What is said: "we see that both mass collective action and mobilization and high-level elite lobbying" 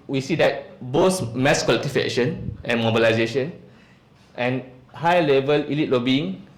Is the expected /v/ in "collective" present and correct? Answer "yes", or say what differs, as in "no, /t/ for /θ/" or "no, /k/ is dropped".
no, /f/ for /v/